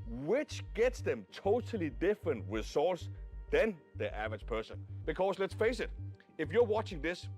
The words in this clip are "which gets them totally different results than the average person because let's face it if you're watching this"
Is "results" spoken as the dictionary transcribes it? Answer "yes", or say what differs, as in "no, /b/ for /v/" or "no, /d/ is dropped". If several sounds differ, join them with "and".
no, /w/ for /ɹ/ and /s/ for /z/